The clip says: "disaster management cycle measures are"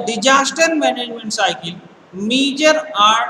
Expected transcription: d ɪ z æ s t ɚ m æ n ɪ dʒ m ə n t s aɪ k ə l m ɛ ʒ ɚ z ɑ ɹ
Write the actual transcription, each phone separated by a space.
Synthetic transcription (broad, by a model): d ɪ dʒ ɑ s t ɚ m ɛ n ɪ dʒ m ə n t s aɪ k ə l m ɛ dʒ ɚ ɑ ɹ